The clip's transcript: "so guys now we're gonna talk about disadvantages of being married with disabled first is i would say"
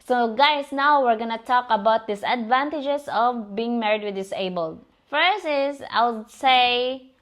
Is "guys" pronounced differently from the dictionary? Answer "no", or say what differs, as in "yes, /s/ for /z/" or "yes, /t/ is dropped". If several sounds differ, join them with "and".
yes, /s/ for /z/